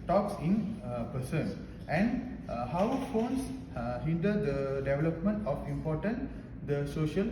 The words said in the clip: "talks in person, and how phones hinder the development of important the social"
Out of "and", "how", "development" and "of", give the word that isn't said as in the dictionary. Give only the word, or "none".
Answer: of